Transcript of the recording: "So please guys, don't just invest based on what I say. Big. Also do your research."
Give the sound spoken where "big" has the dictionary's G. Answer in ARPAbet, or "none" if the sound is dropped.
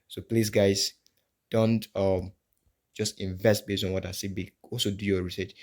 none